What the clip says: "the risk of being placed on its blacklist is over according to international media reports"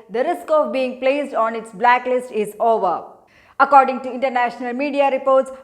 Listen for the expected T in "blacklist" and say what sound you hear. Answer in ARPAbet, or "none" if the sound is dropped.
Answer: T